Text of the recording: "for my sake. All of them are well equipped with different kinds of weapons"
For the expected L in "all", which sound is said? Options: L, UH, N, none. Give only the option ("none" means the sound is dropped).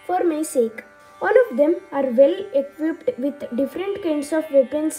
L